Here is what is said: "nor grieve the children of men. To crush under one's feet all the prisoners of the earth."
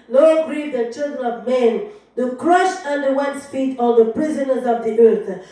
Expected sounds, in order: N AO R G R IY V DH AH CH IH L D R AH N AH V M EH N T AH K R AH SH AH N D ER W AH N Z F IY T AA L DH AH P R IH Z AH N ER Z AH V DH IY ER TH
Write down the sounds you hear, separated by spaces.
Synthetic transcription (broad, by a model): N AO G R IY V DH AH CH IH L D R AH N AH V M EH N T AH K R AH SH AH N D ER W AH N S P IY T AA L DH AH P R IH Z AH N ER Z AH V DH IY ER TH